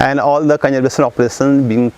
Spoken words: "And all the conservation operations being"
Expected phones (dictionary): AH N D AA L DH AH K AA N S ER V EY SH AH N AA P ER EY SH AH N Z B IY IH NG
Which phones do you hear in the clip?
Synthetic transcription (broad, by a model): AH N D AA L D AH K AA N ER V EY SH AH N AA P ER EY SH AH N B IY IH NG